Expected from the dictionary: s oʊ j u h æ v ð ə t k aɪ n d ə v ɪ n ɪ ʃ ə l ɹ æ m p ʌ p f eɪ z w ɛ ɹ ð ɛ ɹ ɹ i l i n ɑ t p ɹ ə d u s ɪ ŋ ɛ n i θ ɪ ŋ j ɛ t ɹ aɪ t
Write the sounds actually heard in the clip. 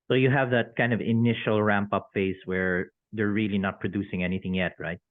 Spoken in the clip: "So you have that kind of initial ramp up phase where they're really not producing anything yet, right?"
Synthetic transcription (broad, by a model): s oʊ j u h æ v ð ə t k aɪ n d ə v ɪ n ɪ ʃ ə l ɹ æ m p ʌ p f eɪ s w ɛ ɹ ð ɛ ɹ ɹ i l i n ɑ t p ɹ ə d u s ɪ ŋ ɛ n i θ ɪ ŋ j ɛ t ɹ aɪ t